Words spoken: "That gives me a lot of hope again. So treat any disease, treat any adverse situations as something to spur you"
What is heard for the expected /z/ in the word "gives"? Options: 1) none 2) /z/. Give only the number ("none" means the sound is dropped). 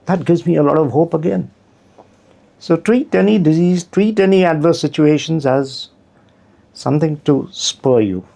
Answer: 2